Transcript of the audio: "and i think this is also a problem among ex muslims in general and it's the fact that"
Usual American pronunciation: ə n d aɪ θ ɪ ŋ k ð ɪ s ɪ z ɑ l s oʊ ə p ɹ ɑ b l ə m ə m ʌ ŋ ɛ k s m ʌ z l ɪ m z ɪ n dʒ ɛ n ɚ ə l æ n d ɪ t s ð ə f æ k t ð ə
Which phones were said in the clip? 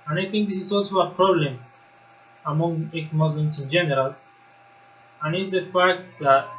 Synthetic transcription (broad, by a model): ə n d aɪ t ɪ ŋ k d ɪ s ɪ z ɑ l s oʊ ə p ɹ ɑ b l ə m ə m ʌ ŋ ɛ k s m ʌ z l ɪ m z ɪ n dʒ ɛ n ɚ ə l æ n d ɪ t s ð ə f æ k t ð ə